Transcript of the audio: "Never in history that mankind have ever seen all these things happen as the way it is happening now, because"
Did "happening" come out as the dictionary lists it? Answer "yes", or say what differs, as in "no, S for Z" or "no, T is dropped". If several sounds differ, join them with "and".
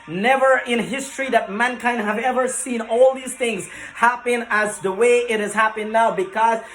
no, N is dropped